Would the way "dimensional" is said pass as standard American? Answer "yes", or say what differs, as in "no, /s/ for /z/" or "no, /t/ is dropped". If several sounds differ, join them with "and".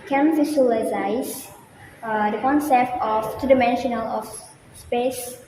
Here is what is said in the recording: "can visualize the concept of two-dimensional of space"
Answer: yes